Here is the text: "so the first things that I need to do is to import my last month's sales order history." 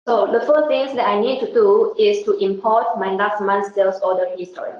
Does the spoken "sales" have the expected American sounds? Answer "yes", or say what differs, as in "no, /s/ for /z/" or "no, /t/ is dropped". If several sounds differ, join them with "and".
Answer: no, /s/ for /z/